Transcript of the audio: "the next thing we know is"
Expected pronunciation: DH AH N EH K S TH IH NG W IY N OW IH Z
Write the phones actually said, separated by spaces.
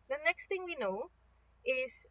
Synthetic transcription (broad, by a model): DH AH N EH K S T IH NG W IY N OW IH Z